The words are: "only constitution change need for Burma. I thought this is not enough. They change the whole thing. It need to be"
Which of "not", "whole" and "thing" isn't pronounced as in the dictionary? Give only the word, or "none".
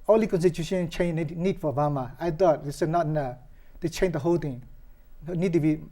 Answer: thing